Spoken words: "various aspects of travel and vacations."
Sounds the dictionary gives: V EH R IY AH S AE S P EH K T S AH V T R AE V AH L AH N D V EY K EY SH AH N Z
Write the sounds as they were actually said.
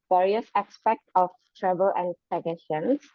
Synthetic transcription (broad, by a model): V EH R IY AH S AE S P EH K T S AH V T R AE B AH L AH N D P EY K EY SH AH N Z